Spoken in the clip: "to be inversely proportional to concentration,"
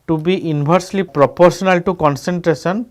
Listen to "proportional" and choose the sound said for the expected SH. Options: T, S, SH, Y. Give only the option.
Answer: S